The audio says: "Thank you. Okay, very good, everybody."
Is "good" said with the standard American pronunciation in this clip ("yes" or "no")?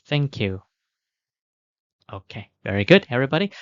yes